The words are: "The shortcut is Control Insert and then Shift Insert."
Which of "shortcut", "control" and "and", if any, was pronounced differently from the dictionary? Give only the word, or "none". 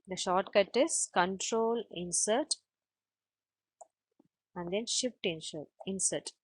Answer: none